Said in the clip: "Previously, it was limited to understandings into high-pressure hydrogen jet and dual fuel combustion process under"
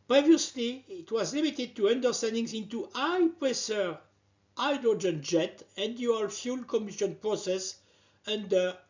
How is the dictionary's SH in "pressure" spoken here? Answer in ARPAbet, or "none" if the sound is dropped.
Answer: S